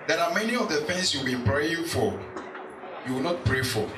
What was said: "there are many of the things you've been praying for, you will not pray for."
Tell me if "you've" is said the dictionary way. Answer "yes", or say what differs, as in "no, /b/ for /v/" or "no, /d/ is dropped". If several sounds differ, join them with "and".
no, /w/ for /v/